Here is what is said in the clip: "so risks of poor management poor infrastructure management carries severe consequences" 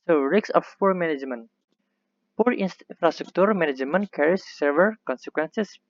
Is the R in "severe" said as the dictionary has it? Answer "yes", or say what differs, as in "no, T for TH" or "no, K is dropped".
no, L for R